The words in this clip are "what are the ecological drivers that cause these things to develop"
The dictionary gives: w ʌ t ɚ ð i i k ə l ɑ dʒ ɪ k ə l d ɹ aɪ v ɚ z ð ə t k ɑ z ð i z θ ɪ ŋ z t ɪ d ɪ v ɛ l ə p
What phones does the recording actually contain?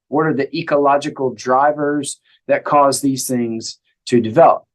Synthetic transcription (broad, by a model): w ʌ t ɚ ð i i k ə l ɑ dʒ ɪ k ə l d ɹ aɪ v ɚ z ð ə t k ɑ z ð i z θ ɪ ŋ z t ɪ d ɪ v ɛ l ə p